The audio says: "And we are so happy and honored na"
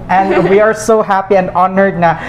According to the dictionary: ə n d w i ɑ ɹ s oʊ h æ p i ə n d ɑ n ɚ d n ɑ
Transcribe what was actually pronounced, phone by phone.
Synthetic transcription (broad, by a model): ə n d w i ɑ ɹ s oʊ h æ p i ə n d ɑ n ɚ d n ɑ